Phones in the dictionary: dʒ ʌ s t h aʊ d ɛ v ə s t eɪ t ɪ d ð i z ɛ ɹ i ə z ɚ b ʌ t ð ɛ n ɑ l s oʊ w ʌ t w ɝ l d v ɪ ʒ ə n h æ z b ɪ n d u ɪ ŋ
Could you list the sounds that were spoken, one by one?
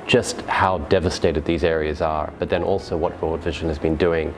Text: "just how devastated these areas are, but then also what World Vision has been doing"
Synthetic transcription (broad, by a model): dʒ ʌ s t h aʊ d ɛ v ə s t eɪ t ɪ d ð i z ɛ ɹ i ə z ɚ b ʌ t ð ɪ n ɑ l s oʊ w ʌ t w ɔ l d v ɪ ʒ ə n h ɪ z b ɪ n d u ɪ ŋ